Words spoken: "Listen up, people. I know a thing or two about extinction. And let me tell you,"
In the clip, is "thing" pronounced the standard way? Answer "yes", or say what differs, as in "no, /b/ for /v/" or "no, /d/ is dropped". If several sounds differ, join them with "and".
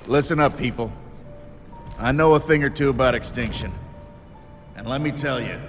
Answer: yes